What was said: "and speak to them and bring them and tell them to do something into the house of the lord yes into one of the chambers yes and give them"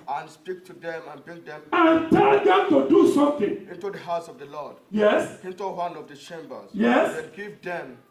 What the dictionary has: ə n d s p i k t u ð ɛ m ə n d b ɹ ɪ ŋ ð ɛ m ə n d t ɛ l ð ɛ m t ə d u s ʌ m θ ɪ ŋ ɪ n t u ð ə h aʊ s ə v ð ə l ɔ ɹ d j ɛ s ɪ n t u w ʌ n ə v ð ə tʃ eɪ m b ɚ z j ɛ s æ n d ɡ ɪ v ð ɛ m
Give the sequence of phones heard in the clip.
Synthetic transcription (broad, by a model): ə n s p i k t u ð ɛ m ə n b ɪ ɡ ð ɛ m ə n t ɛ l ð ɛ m t ə d u s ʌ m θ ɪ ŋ ɪ n t u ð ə h aʊ s ə v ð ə l ɔ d j ɛ s ɪ n t u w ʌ n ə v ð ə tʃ eɪ m b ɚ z j ɛ s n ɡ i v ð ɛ m